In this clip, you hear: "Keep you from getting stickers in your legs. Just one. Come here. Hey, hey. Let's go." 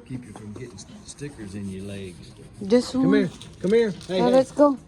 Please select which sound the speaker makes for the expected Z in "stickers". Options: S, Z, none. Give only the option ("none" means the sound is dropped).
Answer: Z